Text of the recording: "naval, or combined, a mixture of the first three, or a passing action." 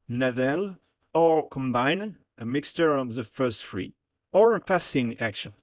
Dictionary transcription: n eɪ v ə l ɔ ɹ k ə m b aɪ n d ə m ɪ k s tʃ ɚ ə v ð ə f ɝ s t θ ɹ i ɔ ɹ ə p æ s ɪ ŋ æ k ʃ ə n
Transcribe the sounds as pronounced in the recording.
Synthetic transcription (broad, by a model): n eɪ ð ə l ɔ ɹ k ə m b aɪ n ə m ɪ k s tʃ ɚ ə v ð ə f ɝ s t f ɹ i ɔ ɹ ə p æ s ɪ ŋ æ k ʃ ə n